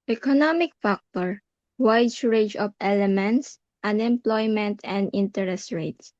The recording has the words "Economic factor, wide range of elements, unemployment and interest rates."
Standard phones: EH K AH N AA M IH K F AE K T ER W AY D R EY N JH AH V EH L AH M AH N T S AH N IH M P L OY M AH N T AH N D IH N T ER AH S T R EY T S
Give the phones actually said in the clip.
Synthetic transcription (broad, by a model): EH K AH N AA M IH K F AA K T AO W AY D R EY JH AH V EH L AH M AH N T S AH N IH M P L OY M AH N T AH N D IH N T ER AH S T R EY T S